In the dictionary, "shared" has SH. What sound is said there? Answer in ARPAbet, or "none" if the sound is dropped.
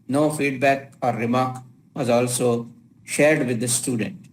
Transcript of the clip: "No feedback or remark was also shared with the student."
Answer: SH